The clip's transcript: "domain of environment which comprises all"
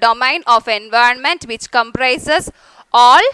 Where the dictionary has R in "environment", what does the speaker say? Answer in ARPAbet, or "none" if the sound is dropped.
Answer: R